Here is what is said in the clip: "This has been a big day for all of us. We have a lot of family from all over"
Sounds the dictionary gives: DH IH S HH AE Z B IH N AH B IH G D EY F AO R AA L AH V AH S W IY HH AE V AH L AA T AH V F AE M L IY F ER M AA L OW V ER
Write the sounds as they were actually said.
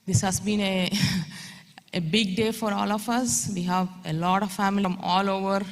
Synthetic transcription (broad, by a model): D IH S HH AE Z B IH N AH B IH G D EY F AO R AA L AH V AH S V IY HH AE V AH L AA T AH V F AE M IY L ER M AA L OW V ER